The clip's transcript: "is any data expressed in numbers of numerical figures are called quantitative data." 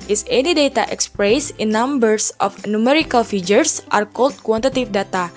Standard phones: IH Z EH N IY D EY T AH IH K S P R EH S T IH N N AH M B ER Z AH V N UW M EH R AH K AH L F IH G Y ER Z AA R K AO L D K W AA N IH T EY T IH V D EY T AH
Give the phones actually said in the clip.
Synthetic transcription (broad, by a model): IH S EH N IY D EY T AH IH K S P R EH S IH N N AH M B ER S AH F N UW M EH R AH K AH L F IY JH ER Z AA R K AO L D K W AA N T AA T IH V D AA T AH